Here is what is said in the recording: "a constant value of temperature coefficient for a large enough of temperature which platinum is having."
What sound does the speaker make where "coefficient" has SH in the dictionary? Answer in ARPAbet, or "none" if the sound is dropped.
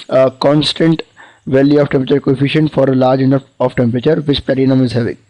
SH